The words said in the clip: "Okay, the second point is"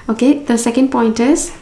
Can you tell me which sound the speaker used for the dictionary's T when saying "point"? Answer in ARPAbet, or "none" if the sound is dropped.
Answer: T